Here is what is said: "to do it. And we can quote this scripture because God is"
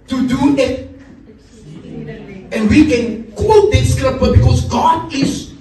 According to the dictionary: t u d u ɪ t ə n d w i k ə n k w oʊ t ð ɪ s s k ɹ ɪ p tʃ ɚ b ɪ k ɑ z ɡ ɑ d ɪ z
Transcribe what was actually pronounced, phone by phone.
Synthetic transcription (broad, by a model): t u d u ɪ t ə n w i k ə n k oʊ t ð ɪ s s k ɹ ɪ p ɚ b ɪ k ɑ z ɡ ɑ d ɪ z